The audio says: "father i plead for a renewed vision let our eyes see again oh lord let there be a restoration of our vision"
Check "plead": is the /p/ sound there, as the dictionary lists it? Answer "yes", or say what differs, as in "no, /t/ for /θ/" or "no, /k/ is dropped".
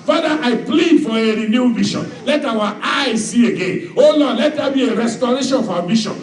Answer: yes